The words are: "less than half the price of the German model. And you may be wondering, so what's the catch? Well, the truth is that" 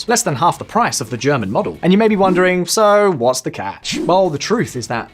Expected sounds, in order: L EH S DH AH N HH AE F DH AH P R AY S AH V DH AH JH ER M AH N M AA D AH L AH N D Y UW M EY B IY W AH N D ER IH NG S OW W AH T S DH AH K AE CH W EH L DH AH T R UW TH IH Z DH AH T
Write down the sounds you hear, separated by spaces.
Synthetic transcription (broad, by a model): L EH S DH AH N HH AE F DH AH P R AY S AH V DH AH JH ER M AH N M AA D L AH N Y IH M EY B IY W AH N D ER IH NG S OW W AH T S DH AH K AE CH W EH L DH AH T R UW TH IH Z DH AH T